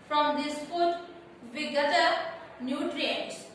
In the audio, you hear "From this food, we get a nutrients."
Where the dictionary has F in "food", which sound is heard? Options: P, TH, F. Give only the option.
P